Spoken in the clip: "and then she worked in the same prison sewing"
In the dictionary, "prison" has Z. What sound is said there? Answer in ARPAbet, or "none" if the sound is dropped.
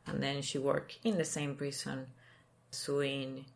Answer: S